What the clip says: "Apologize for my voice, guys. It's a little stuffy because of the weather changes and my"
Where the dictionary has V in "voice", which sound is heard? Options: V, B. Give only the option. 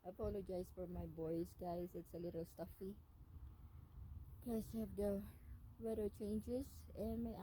B